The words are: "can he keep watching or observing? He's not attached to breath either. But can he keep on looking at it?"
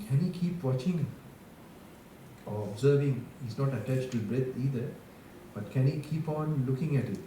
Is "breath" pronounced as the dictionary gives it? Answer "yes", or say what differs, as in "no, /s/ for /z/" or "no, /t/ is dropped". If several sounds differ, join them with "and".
no, /t/ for /θ/